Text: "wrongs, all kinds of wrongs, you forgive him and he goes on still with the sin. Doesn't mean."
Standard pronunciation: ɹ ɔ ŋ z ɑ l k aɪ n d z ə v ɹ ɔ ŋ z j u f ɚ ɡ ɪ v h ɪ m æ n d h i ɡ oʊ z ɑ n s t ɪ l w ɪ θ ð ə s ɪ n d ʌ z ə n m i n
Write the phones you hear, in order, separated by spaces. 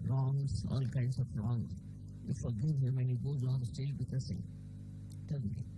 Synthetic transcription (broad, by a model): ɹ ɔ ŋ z ɑ l k aɪ n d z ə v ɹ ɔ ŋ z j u f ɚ ɡ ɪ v h ɪ m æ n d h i ɡ oʊ z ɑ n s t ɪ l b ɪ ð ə s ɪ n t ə l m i